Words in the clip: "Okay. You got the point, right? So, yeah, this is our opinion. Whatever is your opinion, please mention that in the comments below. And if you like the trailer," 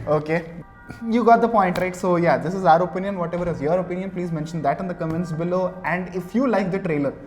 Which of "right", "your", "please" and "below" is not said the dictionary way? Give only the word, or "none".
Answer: none